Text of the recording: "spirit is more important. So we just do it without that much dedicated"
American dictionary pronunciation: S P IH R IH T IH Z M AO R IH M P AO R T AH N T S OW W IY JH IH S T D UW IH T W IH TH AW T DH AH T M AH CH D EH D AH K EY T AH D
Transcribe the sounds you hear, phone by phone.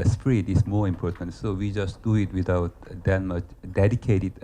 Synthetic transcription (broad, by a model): S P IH R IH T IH S M AO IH M P AO T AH N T S OW W IY JH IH S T D UW IH T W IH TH AW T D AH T M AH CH D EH D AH K EY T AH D